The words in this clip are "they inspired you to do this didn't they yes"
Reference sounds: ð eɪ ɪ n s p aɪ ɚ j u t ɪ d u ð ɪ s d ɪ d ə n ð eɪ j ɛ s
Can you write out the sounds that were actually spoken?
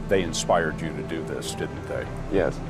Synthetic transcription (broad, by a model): ð eɪ ɪ n s p aɪ ɚ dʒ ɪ t ɪ d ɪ ð ɪ s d ɪ d n ð eɪ j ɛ s